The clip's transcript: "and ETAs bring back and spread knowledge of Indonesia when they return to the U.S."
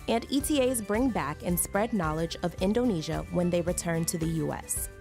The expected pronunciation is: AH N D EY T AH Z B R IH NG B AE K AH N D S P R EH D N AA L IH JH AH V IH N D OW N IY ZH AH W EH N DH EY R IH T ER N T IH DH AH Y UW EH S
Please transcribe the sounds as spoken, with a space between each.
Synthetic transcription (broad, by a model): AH N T EY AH Z B R IH NG B AE K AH N S P R EH D N AA L IH JH AH V IH N D OW N IY ZH AH W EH N DH EY R IH T ER N T IH DH AH Y UW EH S